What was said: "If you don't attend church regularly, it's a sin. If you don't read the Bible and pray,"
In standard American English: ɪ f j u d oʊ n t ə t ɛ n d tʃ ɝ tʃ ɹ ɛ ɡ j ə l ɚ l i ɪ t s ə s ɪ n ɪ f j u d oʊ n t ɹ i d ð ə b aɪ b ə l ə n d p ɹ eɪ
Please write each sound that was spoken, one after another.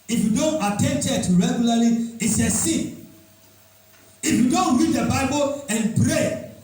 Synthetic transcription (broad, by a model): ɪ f j u d oʊ n t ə t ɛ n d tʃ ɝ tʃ ɹ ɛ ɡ j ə l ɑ l i ɪ t s ə s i ɪ f j u d oʊ n t ɹ i d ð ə b aɪ b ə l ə n p ɹ eɪ